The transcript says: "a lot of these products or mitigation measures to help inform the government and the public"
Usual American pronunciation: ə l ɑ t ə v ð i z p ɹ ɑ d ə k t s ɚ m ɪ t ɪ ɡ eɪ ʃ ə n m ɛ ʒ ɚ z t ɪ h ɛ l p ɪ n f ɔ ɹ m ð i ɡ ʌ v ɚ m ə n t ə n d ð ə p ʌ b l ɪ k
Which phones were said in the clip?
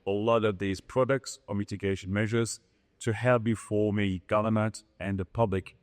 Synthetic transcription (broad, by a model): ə l ɑ t ə v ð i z p ɹ ɑ d ə k t s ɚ m ɪ t ɪ ɡ eɪ ʃ ə n m ɛ ʒ ɚ z t ɪ h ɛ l b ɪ f ɔ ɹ m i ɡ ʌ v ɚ m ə n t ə n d ð ə p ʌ b l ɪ k